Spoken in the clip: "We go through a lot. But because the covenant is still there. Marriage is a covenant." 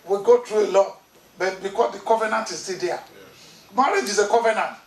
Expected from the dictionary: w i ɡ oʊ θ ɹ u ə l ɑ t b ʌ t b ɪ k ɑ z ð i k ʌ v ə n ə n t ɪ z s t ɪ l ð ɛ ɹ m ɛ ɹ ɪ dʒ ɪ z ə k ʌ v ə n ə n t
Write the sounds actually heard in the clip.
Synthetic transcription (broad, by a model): w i ɡ oʊ t ɹ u ə l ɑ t b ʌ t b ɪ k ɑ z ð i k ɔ v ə n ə n t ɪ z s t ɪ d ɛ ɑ m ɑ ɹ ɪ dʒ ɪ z ə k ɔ v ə n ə n t